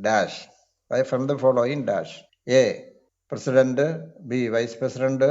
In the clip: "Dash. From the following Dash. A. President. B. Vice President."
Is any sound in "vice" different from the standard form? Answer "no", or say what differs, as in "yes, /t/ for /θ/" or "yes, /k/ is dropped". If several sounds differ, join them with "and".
no